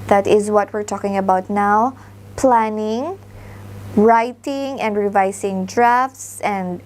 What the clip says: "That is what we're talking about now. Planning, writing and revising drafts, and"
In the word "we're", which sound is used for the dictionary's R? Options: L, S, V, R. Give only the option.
R